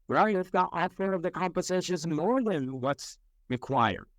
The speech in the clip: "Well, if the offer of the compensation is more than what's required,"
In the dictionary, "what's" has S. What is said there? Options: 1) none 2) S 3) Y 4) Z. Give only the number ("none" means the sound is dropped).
2